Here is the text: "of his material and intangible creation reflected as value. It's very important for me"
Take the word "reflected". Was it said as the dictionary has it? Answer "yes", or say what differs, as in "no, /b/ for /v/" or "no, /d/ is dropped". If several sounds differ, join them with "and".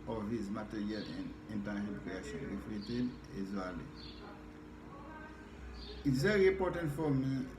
no, /k/ is dropped